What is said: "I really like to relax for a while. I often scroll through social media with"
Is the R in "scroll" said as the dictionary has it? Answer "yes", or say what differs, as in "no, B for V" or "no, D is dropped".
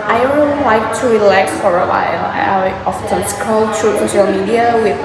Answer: no, R is dropped